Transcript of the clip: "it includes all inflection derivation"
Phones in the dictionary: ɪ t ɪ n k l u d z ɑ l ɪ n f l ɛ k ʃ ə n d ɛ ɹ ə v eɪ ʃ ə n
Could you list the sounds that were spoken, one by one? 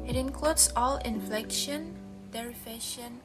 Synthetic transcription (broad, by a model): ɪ t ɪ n k l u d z ɑ l ɪ n f l ɛ k ʃ ə n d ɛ ɹ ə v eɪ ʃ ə n